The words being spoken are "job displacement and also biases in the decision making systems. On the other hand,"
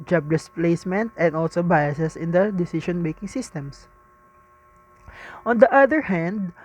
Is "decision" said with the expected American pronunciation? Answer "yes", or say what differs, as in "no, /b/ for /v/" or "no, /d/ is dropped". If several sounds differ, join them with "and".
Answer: no, /ʃ/ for /ʒ/